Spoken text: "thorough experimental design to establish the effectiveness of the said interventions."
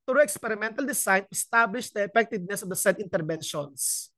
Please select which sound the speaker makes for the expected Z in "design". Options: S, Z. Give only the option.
S